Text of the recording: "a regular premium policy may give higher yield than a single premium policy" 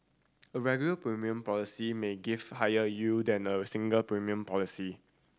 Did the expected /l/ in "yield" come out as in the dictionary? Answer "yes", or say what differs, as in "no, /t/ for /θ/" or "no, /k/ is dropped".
no, /l/ is dropped